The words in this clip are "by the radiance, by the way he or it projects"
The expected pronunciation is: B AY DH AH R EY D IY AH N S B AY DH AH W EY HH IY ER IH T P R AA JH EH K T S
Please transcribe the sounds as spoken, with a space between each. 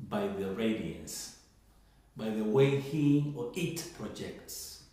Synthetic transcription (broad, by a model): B AY DH AH R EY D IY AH S B AY DH AH W EY HH IY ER IH T P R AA JH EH K T S